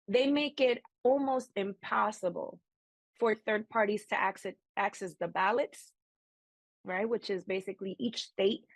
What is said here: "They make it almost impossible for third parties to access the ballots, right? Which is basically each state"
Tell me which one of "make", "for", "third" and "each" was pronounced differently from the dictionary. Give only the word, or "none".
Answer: none